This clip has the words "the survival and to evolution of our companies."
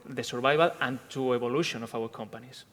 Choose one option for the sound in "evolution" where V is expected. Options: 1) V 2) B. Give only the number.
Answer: 2